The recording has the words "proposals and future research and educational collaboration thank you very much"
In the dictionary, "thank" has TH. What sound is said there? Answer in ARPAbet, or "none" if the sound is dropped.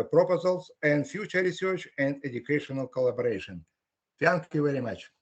F